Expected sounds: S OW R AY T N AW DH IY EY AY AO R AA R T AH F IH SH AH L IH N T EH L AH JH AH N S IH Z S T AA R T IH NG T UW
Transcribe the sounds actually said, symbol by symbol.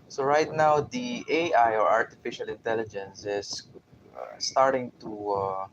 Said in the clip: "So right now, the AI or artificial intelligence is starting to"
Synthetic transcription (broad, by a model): S OW R AY T N AW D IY EY AY AO R AA R T AH F IH SH AH L IH N T EH L AH JH AH N S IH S S T AA R T IH NG T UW